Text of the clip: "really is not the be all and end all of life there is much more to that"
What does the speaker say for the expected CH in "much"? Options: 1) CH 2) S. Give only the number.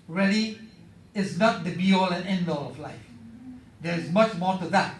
1